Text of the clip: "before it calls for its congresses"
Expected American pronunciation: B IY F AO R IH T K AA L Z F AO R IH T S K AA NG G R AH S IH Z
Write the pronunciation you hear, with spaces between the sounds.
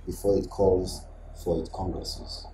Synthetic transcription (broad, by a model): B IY F AO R IH T K AA L Z F AO R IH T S K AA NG G R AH S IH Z